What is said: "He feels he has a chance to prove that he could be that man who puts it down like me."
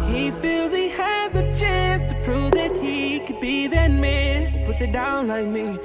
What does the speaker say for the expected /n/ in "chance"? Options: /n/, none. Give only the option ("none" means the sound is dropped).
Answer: none